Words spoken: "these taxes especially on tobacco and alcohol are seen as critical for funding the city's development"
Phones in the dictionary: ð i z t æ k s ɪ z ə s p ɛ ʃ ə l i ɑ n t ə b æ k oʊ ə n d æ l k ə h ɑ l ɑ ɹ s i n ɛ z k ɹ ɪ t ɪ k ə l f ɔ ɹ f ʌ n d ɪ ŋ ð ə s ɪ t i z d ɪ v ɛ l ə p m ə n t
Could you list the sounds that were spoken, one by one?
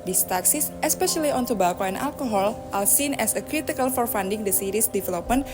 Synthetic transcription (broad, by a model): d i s t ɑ k s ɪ s ə s p ɛ ʃ ə l i ɑ n t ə b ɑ k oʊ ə n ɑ l k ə h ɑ l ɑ l s i n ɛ s k ɹ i t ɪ k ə l f ɔ ɹ f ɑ n d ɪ ŋ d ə s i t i s d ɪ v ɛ l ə p m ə n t